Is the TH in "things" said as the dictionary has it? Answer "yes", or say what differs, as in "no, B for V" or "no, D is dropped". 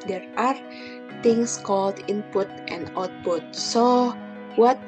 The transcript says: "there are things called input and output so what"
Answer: no, T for TH